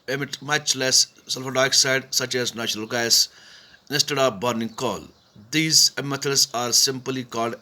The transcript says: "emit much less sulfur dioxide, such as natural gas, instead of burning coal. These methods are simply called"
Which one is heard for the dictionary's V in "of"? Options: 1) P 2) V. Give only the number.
1